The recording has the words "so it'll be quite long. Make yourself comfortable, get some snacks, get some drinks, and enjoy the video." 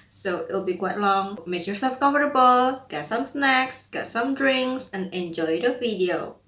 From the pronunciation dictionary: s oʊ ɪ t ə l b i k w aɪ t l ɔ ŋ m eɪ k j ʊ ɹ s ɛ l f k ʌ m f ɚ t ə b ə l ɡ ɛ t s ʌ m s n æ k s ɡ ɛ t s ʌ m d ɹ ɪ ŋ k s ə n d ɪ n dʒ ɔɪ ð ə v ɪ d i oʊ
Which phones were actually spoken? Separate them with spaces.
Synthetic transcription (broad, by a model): s oʊ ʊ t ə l b i k w aɪ t l ɔ ŋ m eɪ k j ʊ ɹ s ɛ l f k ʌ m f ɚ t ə b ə l ɡ ɛ t s ʌ m s n æ k s ɡ ɛ t s ʌ m d ɹ ɪ ŋ k s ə n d ɪ n dʒ ɔɪ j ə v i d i oʊ